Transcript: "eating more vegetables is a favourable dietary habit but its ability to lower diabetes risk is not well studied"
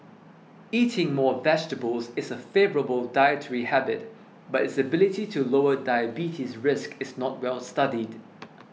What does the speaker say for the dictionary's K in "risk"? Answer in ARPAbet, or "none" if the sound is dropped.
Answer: K